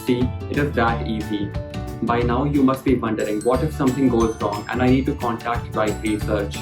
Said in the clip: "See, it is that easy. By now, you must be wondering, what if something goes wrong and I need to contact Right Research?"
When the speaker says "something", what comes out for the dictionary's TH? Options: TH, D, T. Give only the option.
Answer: T